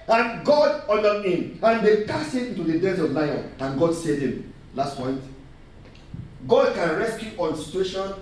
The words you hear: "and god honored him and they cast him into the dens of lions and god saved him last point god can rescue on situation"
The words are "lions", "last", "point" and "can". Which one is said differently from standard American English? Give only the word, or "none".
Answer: lions